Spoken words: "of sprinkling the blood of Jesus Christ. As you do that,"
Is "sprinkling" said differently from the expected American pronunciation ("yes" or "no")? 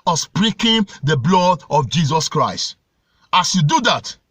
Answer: yes